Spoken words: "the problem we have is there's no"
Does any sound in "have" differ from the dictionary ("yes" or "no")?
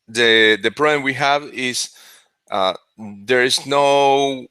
no